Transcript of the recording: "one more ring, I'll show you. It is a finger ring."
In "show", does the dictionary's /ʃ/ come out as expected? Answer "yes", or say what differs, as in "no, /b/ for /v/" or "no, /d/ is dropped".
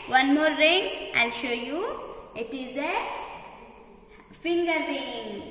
yes